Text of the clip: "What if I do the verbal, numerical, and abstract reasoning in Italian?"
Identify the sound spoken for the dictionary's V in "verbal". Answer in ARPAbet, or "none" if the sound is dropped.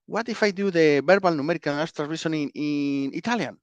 B